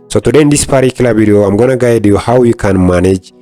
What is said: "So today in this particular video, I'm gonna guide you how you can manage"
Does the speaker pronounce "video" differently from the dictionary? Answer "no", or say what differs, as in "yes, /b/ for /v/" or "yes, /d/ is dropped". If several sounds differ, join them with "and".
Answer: yes, /b/ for /v/